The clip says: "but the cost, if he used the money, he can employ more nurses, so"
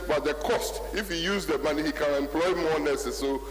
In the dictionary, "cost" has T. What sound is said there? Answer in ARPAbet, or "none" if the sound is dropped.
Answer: T